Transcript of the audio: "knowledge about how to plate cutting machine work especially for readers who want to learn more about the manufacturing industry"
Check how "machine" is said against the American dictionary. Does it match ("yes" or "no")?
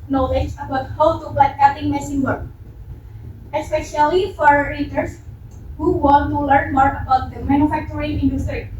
no